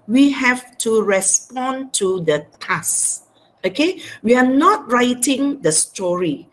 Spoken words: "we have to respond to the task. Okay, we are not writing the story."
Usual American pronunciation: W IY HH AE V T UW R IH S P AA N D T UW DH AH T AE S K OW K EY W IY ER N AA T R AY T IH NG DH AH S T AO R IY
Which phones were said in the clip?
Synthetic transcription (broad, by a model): W IY HH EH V T UW R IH S P AA N T UW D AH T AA S OW K EY W IY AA N AA T R AY T IH NG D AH S T AO R IY